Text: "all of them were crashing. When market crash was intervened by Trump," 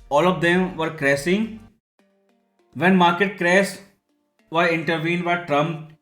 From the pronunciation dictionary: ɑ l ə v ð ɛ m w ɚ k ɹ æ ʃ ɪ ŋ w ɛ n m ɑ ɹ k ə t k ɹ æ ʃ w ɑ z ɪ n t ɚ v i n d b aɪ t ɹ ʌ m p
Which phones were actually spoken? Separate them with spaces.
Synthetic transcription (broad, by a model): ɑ l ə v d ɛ m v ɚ k ɹ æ s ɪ ŋ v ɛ n m ɑ ɹ k ə t k ɹ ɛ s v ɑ ɪ n t ɚ v i n d b aɪ t ɹ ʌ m